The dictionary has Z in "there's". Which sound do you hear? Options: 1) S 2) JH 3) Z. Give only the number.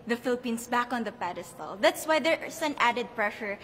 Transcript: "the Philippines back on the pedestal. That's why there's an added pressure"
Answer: 1